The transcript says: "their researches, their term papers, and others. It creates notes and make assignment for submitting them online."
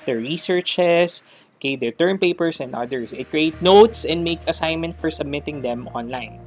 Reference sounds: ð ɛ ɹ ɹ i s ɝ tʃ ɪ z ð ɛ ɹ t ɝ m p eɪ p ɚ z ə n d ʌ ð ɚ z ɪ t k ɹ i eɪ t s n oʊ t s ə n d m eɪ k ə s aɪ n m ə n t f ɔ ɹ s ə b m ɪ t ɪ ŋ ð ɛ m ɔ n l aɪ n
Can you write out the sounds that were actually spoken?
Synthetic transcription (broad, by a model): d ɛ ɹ ɹ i s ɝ tʃ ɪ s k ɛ ɹ t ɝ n p eɪ p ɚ s ə n d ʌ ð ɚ s ɪ t k ɹ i eɪ t n oʊ t s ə n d m eɪ k ə s aɪ n m ə n t f ɔ ɹ s ə b m ɪ t ɪ ŋ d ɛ m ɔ n l aɪ n